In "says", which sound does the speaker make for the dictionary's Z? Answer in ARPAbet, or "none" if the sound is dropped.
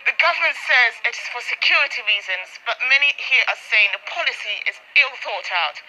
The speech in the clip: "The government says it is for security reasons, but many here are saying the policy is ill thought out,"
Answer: Z